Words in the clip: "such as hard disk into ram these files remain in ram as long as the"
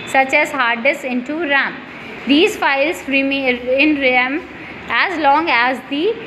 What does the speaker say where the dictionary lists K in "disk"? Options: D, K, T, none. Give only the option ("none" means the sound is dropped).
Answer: none